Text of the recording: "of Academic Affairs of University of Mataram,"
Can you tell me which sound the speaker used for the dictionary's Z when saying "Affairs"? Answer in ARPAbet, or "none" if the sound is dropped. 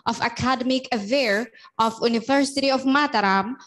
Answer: none